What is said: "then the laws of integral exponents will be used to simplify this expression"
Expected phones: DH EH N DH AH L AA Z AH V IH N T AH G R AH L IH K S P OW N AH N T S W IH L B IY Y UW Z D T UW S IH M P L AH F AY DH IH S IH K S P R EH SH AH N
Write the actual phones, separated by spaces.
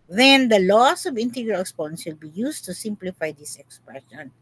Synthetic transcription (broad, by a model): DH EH N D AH L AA S AH V IH N T AH G R AH L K S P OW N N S W IH L B IY Y UW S T UW S IH M P L AH F AY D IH S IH K S P R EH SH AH N